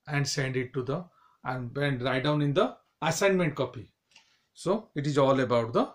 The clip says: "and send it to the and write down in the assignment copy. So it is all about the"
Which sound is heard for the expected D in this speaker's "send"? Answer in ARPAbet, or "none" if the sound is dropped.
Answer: D